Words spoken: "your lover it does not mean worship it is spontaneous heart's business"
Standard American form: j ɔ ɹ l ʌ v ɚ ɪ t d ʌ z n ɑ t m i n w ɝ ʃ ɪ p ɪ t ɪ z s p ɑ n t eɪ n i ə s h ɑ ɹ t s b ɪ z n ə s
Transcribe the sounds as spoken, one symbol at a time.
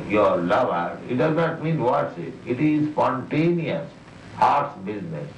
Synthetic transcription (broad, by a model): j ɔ ɹ l ʌ v ɚ ɪ t d ʌ z n ɑ t m i n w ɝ s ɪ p ɪ t ɪ z s p ɑ n t eɪ n i ə s h ɑ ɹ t s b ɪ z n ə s